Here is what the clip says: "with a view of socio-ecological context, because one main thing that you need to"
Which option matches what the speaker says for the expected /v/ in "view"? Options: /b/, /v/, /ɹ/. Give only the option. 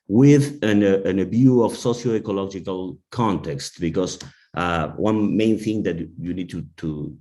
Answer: /b/